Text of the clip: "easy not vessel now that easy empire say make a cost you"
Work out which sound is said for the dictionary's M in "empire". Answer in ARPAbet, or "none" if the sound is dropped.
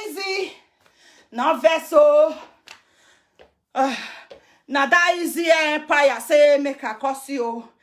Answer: none